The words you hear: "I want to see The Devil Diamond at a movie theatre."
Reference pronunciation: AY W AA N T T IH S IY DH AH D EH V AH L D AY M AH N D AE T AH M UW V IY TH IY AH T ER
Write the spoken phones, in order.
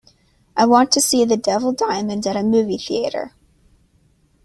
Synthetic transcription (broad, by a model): AY W AA N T T IH S IY DH AH D EH V L D AY M AH N D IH T AH M UW V IY TH IY AH T ER